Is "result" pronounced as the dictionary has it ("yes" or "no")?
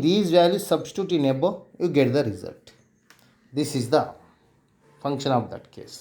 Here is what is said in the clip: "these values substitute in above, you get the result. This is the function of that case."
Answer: yes